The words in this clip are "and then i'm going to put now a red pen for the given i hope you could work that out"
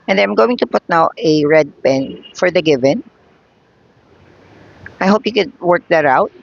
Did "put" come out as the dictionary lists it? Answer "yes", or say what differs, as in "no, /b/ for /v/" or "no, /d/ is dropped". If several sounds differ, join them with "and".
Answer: yes